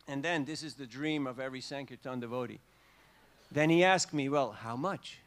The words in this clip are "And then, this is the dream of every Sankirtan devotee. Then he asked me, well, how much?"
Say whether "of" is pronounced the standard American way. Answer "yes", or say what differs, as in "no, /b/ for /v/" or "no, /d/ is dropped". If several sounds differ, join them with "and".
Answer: yes